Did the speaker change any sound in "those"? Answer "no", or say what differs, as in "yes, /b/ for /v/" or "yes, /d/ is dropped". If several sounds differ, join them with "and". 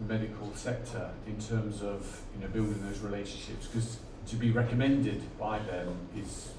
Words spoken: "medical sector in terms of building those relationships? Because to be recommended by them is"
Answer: no